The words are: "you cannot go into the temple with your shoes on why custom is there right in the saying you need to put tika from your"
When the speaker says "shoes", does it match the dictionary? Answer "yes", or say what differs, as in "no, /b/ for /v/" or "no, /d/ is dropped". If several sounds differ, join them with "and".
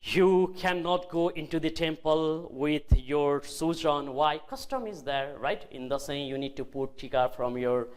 no, /s/ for /ʃ/